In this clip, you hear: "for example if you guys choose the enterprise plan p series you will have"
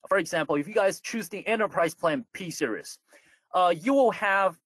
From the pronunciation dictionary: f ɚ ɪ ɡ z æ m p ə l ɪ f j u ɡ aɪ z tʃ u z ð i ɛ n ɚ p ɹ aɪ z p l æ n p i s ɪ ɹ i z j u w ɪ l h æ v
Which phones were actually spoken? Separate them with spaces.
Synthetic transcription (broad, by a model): f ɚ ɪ ɡ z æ m p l ɪ f j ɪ ɡ aɪ z tʃ u z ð i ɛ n ɚ p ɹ aɪ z p l æ n p i s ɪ ɹ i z j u w ɪ l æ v